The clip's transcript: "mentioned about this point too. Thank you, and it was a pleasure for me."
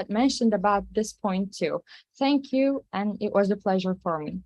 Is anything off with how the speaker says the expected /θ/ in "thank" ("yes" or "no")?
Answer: no